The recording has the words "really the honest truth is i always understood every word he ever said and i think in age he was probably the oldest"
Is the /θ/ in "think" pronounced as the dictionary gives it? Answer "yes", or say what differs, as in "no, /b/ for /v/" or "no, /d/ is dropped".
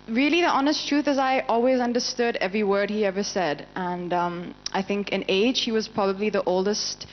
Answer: yes